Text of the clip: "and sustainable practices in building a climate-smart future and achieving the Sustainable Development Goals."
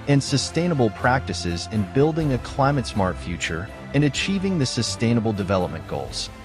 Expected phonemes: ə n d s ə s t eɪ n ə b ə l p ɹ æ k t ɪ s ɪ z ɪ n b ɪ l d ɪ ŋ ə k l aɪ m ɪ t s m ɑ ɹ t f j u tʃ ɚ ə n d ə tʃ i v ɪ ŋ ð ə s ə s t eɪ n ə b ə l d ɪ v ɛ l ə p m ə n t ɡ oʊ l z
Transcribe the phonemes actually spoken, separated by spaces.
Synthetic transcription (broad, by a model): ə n s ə s t eɪ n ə b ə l p ɹ æ k t ɪ s ɪ z ɪ n b ɪ l d ɪ ŋ ə k l aɪ m ɪ t s m ɑ ɹ t f j u tʃ ɚ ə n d ə tʃ i v ɪ ŋ ð ə s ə s t eɪ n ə b l d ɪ v ɛ l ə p m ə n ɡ oʊ l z